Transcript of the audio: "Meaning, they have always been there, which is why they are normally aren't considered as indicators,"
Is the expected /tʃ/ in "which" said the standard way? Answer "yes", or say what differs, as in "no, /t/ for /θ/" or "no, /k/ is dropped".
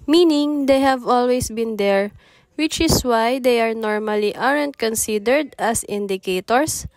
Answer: yes